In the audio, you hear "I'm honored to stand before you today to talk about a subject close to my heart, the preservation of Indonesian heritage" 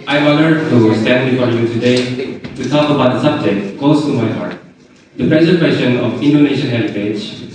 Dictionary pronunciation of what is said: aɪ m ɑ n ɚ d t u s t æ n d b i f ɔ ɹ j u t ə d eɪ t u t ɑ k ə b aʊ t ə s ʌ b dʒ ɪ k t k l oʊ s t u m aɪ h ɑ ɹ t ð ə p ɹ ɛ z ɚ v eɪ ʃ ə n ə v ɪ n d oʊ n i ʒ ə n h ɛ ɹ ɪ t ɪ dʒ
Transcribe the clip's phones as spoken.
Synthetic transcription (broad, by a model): aɪ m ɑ l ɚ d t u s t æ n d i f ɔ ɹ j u t ə d eɪ t u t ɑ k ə b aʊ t ə s ʌ b dʒ ɪ k t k oʊ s t u m aɪ h ɑ ɹ t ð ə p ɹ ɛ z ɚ w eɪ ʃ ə n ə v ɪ n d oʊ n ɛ ʃ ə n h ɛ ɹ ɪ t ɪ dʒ